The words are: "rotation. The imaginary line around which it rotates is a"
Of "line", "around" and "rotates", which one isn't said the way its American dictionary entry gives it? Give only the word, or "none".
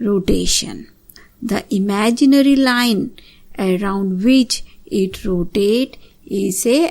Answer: rotates